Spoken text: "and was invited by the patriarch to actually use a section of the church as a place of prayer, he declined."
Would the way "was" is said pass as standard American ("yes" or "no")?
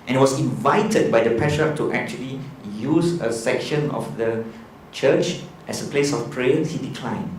no